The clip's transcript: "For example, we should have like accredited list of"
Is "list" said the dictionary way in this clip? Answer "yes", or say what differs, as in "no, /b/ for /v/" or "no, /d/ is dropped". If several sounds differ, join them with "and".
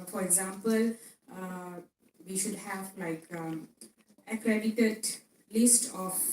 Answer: yes